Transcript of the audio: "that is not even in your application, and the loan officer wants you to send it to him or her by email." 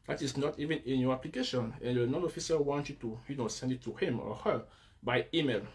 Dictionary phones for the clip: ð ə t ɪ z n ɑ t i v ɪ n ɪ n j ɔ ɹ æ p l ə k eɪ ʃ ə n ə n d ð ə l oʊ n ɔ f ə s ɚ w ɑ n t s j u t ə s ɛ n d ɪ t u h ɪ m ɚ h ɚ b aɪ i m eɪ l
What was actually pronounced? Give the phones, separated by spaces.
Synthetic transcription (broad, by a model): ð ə t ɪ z n ɑ t i v ɪ n ɪ n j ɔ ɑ p l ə k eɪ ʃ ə n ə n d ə n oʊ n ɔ f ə s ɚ w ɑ n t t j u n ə s ɛ n d ɪ t u h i m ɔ h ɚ b aɪ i m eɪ l